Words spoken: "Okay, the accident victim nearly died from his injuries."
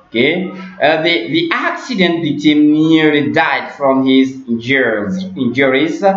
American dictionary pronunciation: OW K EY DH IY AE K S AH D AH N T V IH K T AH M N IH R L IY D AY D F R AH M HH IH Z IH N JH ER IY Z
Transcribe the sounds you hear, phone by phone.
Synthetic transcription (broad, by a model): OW K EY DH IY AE K S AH D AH N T B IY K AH M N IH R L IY D AY D F R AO M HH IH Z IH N JH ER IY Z